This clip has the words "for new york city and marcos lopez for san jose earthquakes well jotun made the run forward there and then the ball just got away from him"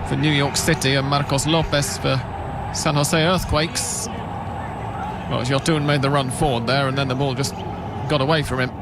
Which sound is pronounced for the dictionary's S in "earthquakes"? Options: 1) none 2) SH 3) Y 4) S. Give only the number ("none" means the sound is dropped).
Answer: 4